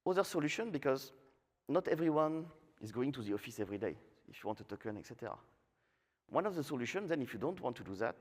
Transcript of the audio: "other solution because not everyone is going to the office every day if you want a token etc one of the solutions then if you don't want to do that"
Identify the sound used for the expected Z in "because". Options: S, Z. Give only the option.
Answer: Z